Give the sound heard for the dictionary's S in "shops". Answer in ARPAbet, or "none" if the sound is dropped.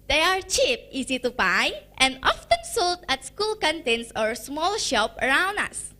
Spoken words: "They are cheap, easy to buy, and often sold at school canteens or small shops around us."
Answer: none